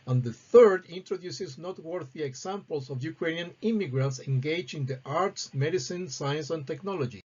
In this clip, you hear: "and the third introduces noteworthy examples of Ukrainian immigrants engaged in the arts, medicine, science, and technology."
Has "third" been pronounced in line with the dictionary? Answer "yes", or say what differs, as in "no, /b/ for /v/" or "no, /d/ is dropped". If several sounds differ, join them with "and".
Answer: yes